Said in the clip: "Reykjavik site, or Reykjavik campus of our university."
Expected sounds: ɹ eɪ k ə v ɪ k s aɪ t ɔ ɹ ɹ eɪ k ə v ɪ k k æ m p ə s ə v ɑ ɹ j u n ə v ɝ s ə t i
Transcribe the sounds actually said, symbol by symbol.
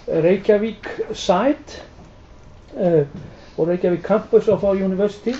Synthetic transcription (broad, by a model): ɹ eɪ k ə v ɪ k s aɪ t ɔ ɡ ɹ eɪ k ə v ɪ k k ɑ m p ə s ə f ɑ w j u n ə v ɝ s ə t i